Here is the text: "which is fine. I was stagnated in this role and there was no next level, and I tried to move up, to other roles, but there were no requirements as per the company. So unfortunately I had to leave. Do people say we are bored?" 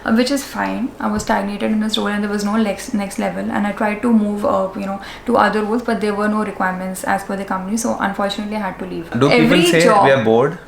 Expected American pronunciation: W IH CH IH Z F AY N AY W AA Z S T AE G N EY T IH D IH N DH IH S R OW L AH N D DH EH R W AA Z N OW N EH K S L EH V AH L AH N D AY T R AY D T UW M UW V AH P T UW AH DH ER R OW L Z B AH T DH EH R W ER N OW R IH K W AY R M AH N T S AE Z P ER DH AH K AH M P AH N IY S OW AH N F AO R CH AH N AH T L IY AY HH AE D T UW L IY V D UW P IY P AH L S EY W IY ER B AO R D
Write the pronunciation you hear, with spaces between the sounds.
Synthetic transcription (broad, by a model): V IH CH IH Z F AY N AY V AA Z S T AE G N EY T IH D IH N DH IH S R OW L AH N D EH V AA Z N OW N EH K S L EH V AH L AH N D AY T R AY D T UW M UW V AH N T UW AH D ER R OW L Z B AH T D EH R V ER N OW R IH K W AY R M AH N T S AE Z F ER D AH K AH M P AH N IY S OW AH N F AO R CH AH N AH T L IY AY HH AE D T UW L IY V D UW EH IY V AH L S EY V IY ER B AO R D